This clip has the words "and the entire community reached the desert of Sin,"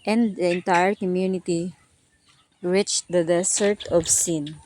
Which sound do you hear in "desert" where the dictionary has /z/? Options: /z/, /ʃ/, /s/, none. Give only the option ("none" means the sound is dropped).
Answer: /s/